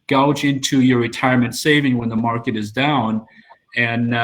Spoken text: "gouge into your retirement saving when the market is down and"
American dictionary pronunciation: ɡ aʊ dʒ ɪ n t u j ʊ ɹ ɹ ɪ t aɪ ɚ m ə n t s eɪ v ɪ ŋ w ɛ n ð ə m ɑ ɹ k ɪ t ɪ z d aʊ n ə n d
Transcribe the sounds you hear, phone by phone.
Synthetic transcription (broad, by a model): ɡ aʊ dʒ ɪ n t u j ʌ ɹ ɹ ɪ t aɪ ɚ m ə n t s eɪ v ɪ ŋ w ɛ n ð ə m ɑ ɹ k ɪ t ɪ z d aʊ n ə n